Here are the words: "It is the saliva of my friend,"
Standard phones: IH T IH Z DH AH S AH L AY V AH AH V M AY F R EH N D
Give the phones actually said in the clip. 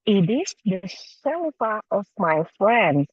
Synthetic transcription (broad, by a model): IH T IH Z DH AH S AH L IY F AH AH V M AY F R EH N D